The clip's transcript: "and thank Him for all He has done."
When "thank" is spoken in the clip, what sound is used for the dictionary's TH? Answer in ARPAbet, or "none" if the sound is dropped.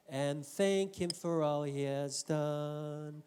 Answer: TH